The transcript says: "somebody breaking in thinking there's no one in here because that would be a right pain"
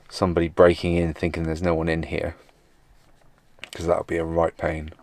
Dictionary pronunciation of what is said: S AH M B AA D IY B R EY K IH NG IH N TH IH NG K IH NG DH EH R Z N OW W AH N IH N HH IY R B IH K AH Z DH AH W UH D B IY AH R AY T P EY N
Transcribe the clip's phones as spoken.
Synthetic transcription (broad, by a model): S AH M B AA D IY B R EY K IH NG IH N TH IH NG K IH NG DH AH R Z N OW W AH N IH N HH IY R K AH Z DH AH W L B IY AH R AY T P EY N